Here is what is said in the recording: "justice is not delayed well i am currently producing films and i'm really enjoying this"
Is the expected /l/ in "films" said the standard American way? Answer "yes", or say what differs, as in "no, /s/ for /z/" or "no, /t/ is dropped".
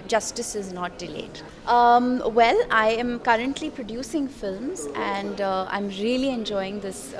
yes